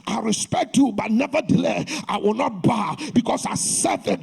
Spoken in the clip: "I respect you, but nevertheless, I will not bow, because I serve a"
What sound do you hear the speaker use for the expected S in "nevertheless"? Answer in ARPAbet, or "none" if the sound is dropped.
none